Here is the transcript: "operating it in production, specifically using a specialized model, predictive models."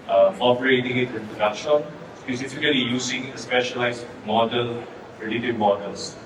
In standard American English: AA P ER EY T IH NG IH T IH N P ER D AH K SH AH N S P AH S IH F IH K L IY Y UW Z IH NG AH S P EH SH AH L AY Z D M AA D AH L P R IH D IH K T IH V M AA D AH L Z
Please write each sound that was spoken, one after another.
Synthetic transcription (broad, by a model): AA P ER EY T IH NG IH T IH N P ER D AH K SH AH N S P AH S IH F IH K L IY Y UW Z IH NG AH S P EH SH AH L AY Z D M AA D AH L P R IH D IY T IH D M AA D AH L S